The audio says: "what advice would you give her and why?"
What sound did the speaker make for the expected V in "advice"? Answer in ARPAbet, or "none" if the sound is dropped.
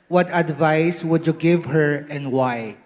V